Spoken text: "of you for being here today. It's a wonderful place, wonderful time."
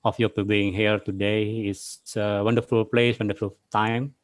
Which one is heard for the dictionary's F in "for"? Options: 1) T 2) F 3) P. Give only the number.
3